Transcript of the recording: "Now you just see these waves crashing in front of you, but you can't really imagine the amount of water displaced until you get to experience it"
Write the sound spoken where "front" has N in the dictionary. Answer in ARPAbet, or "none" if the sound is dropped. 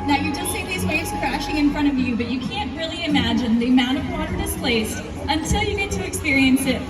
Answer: none